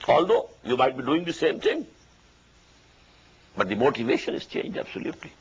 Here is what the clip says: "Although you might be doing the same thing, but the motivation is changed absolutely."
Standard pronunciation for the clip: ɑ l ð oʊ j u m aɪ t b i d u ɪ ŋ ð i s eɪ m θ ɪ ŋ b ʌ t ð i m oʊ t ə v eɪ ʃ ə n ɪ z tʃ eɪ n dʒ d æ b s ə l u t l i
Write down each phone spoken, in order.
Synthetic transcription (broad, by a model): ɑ l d oʊ j u m aɪ t b i d u ɪ ŋ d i s eɪ m t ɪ ŋ b ʌ t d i m oʊ t ə v eɪ ʃ ə n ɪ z tʃ eɪ n dʒ d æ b s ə l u t l i